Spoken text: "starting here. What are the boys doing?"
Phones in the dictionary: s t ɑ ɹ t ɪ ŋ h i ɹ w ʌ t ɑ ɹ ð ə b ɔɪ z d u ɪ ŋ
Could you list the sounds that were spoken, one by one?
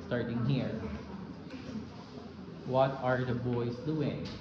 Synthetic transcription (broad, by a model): s t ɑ ɹ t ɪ ŋ h i ɹ w ʌ t ɑ ɹ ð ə b ɔɪ s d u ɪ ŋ